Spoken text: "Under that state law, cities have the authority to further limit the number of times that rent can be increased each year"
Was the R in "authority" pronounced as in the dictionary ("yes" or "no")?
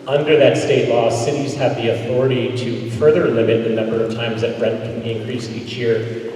yes